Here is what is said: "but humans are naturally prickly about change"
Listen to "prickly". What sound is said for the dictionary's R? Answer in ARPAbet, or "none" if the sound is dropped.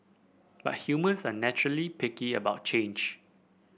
none